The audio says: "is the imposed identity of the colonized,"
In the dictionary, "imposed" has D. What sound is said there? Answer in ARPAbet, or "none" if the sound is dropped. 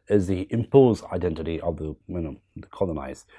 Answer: none